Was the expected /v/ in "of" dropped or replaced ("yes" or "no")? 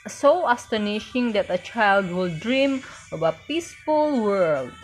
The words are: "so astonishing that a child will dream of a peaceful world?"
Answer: yes